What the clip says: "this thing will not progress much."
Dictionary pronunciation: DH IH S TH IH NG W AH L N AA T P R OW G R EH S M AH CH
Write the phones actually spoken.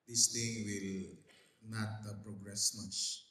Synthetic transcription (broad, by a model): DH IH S T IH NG W AH L N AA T P R OW G R EH S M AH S